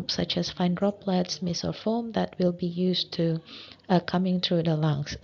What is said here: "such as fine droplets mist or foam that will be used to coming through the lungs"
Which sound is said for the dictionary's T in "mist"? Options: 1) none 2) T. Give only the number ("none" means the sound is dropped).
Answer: 1